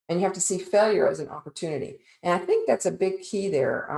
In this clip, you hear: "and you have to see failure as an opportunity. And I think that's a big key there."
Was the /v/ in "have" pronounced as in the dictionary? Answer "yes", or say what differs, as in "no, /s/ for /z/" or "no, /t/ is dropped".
no, /f/ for /v/